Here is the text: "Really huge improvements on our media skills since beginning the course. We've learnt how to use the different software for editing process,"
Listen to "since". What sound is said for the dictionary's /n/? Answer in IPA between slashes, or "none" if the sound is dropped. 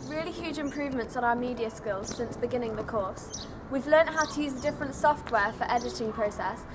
/n/